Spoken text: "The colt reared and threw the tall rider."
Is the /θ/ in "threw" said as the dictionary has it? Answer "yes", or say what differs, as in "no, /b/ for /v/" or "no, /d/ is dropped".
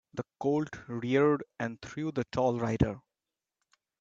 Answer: no, /t/ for /θ/